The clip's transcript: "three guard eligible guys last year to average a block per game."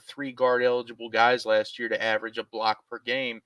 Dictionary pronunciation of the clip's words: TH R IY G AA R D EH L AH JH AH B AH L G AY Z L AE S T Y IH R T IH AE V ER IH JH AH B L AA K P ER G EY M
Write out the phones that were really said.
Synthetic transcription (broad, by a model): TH R IY G AA R D EH L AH JH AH B L G AY Z L AE S T Y IH R T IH AE V ER IH JH AH B L AA K P ER G EY M